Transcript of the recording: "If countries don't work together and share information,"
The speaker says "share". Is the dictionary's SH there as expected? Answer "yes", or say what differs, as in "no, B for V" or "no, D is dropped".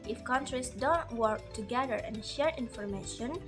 yes